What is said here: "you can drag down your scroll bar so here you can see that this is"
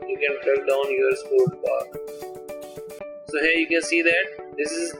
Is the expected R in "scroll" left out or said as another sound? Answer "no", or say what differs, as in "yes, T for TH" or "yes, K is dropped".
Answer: yes, R is dropped